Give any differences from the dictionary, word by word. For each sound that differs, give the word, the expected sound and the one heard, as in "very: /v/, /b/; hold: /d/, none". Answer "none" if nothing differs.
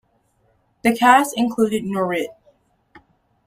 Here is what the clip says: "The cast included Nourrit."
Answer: cast: /t/, none